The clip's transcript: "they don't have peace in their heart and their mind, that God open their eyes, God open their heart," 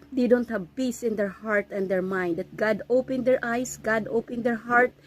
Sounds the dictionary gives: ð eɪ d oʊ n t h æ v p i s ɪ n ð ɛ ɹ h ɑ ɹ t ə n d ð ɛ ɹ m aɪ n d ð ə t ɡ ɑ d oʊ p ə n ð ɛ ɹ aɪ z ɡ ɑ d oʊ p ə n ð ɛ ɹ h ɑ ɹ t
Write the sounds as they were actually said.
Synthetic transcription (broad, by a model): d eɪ d oʊ n t h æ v p i s ɪ n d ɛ ɹ h ɑ ɹ t ə n d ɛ ɹ m aɪ n d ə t ɡ ɑ d oʊ p ə n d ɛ ɹ aɪ s ɡ ɑ d oʊ p ə n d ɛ ɹ h ɑ ɹ t